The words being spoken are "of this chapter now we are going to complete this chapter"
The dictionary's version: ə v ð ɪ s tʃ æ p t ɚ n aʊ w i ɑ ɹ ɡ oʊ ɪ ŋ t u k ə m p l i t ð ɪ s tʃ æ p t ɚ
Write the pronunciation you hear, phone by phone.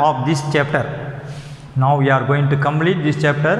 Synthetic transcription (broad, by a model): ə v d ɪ s tʃ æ p t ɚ n aʊ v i ɑ ɹ ɡ oʊ ɪ ŋ t u k ə m p l i t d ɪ s tʃ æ p t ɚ